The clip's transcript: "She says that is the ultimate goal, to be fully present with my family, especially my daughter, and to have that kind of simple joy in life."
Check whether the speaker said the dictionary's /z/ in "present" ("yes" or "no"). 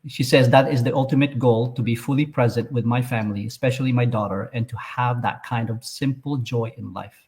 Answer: yes